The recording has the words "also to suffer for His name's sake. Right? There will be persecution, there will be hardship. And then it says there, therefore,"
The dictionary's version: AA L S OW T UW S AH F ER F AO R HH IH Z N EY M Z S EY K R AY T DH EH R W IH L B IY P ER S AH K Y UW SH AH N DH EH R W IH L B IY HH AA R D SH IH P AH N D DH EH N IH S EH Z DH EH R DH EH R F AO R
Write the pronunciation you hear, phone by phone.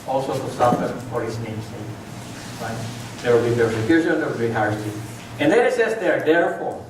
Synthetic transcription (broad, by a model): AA L S OW T UW S AH F ER F AO R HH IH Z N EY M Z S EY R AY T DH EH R W IH L B IY P ER S AH K Y UW SH AH N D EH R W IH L B IY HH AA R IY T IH AH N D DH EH IH S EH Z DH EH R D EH R F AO R